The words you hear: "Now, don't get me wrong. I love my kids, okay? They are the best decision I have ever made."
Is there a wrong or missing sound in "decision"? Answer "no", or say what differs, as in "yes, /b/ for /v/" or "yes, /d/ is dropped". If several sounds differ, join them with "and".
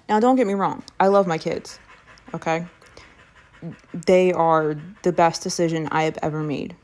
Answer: no